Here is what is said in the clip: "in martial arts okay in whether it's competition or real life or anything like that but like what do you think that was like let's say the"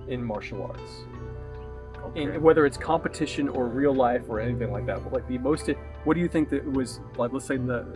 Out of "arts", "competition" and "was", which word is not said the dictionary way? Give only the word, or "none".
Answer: none